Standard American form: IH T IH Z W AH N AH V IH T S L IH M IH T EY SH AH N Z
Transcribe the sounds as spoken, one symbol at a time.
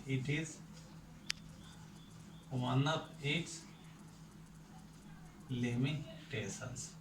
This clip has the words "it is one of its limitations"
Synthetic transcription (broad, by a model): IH T IH Z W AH N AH P IH T S L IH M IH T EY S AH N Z